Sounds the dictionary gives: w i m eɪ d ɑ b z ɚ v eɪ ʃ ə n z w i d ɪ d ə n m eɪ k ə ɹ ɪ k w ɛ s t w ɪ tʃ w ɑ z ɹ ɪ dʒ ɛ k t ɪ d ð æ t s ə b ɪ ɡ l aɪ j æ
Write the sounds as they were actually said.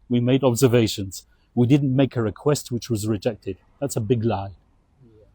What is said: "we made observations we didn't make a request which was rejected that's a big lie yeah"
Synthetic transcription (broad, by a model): w i m eɪ d ɑ b z ɚ v eɪ ʃ ə n z w i d ɪ d n m eɪ k ə ɹ ɪ k w ɛ s t w ɪ tʃ w ɑ z ɹ ɪ dʒ ɛ k t ɪ d ð æ t s ə b ɪ ɡ l aɪ